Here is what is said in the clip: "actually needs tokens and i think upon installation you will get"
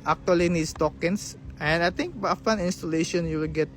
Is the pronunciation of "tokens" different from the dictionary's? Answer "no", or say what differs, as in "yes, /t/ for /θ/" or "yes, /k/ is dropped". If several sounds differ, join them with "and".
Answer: yes, /s/ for /z/